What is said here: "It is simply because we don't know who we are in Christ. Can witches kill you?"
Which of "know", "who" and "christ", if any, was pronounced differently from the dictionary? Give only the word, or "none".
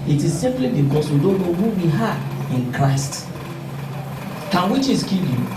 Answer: none